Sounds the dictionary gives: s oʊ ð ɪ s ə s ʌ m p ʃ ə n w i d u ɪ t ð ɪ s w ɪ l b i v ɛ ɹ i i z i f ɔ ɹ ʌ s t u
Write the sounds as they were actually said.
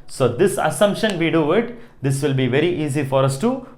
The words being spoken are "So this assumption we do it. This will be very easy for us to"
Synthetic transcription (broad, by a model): s oʊ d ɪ s ə s ʌ m p ʃ ə n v i d u ɪ t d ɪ s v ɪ l b i v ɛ ɹ i i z i f ɔ ɹ ʌ s t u